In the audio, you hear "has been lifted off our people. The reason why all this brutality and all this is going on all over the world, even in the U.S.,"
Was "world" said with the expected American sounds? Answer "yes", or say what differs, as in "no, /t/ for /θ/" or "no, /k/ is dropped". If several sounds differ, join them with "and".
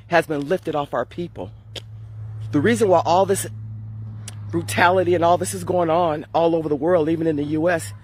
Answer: yes